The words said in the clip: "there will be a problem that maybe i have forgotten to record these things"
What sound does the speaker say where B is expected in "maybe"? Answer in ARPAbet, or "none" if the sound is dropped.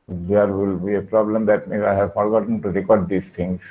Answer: none